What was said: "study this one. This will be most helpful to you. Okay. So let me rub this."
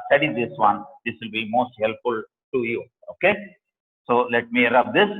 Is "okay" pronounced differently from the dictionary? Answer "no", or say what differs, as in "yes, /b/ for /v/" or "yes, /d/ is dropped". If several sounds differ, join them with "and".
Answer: no